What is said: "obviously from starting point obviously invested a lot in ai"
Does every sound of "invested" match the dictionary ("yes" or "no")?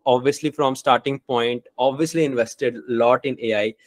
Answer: yes